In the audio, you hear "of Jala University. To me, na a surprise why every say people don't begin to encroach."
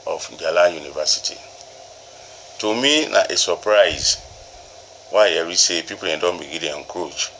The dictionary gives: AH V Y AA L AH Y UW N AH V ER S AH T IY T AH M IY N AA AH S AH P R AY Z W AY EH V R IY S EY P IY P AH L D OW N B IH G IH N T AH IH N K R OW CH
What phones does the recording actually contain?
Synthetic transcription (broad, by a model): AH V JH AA L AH Y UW N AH V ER S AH T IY T AH M IY N AA AH S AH P R AY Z W AY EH R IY S EY P IY P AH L D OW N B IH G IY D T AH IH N K R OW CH